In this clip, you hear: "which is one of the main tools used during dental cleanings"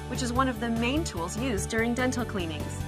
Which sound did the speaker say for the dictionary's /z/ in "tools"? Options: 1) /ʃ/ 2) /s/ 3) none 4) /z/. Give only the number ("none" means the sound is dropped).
4